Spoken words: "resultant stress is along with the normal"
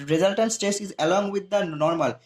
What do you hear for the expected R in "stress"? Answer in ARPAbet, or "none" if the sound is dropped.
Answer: none